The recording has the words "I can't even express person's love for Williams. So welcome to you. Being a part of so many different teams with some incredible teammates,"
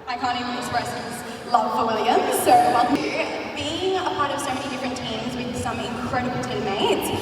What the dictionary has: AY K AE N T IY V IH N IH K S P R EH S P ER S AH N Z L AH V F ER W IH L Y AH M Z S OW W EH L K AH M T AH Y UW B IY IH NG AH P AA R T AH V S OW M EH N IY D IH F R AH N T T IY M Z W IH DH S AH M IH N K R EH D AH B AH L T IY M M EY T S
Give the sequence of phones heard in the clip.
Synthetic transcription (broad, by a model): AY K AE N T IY IH IH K S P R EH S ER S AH Z L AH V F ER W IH L Y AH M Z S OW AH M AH B IY IH NG AH P AA R T AH V S OW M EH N IY D IH F R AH N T T IY M Z W IH DH S AH M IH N K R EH D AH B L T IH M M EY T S